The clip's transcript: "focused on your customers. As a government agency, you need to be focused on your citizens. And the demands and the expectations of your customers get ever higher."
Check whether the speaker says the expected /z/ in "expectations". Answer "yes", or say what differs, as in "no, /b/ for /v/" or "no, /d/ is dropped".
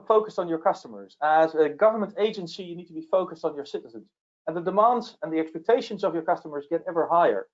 yes